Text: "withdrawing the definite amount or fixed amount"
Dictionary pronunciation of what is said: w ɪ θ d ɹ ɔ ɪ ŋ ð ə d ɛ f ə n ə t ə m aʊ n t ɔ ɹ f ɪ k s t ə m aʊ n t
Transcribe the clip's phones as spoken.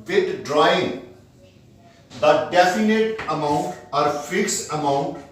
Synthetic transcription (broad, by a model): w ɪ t d ɹ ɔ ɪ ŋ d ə d ɛ f ə n ə t ə m aʊ n t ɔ ɹ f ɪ k s ə m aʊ n t